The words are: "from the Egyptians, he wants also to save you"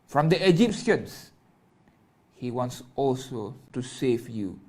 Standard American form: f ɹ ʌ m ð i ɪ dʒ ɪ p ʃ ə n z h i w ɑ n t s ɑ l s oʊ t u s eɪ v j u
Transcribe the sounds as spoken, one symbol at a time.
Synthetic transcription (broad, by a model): f ɹ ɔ m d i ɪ dʒ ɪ p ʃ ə n s h i w ɑ n t s ɑ l s oʊ t u s eɪ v j u